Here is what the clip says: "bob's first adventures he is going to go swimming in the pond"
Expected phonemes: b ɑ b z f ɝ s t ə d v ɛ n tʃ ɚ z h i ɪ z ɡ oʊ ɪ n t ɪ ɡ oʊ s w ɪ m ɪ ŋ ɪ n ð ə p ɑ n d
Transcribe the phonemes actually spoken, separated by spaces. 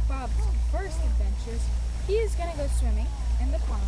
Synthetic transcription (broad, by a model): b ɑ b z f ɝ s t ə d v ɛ n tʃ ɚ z h i ɪ z ɡ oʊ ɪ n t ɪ ɡ oʊ s w ɪ m ɪ ŋ ɪ n ð ə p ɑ